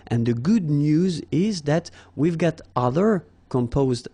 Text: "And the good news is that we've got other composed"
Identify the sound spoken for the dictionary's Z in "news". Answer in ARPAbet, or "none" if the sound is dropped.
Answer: Z